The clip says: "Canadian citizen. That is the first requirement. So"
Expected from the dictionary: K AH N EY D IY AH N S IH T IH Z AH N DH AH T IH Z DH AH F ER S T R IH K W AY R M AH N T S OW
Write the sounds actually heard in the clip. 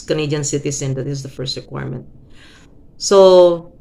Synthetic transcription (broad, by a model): K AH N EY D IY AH N S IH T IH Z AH N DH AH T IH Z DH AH F ER S T R IH K W AY R M AH N T S OW